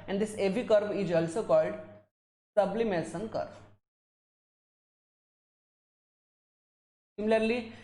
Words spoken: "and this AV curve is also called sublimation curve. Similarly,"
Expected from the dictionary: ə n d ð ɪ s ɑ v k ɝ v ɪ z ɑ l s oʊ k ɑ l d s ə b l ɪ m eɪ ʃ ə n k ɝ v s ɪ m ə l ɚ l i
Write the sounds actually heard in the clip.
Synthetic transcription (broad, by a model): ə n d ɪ s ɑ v k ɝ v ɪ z ɑ l s oʊ k ɑ l d s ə b l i m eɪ s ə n k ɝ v s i m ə l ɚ l i